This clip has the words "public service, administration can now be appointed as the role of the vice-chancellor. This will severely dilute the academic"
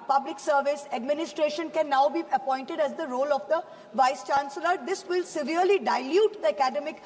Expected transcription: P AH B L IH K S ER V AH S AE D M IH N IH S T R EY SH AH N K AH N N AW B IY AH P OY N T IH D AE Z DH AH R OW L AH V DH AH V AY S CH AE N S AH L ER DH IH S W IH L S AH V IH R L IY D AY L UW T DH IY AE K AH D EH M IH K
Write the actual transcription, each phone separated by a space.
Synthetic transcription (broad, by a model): P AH B L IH K S ER V AH S AE D M IH N IH S T R EY SH AH N K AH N N AW B IY AH P OY N T IH D AE Z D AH R OW L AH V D AH V AY S CH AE N S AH L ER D IH S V IH L S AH V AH R L IY D AY L UW T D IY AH K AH D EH M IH K